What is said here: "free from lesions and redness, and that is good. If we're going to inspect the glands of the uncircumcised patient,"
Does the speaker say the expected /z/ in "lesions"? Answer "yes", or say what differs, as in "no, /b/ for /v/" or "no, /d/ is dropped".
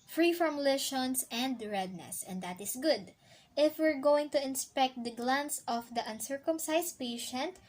no, /s/ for /z/